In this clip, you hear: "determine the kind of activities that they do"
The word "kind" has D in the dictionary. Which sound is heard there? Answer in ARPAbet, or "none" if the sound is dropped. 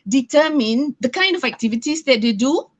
D